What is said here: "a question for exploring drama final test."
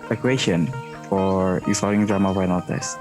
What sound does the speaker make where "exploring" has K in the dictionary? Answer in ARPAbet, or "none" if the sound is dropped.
none